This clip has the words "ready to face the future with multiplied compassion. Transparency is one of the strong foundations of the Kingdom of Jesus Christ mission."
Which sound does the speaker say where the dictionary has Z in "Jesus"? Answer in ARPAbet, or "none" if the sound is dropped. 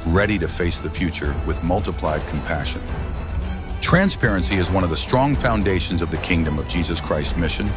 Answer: Z